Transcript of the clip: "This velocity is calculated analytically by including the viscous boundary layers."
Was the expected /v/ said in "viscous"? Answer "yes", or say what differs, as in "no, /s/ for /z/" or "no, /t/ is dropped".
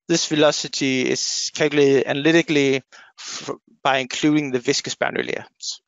yes